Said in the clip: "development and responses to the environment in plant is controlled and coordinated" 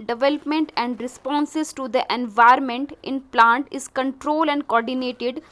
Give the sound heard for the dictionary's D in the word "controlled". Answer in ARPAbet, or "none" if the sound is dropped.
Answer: none